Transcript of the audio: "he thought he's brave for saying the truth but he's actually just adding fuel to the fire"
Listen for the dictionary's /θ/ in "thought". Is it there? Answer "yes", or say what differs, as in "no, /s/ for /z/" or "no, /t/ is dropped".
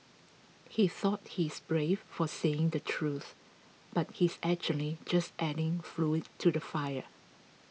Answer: yes